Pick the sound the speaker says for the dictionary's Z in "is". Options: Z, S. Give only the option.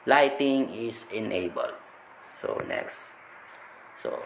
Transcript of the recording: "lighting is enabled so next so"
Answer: S